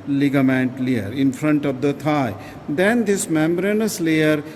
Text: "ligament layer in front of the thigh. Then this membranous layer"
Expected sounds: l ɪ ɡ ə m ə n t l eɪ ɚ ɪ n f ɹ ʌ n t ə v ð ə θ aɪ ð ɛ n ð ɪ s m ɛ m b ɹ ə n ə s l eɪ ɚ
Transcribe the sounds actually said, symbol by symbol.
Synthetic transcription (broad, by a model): l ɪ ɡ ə m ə n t l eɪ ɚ ɪ n f ɹ ʌ n t ə v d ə t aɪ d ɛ n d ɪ s m ɛ m b ɹ ə n ə s l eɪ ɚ